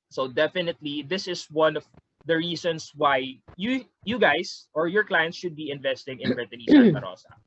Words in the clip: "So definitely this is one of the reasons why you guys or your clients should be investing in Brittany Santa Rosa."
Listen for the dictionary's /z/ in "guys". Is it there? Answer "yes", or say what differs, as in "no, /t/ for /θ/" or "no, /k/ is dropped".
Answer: no, /s/ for /z/